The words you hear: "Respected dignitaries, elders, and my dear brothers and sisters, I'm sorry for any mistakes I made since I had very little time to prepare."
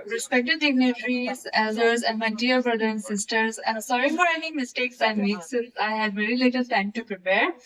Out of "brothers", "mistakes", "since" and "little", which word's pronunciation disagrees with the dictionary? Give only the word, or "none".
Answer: brothers